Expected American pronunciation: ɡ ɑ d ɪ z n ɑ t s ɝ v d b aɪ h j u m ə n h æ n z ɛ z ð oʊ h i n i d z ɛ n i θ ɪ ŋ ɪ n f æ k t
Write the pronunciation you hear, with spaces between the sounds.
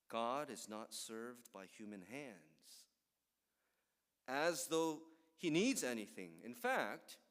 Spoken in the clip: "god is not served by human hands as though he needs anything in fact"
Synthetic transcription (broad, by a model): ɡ ɑ d ɪ z n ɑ t s ɝ v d b aɪ h j u m ə n h æ n z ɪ z ð oʊ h i n i d z ɛ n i θ ɪ ŋ ɪ n f æ k t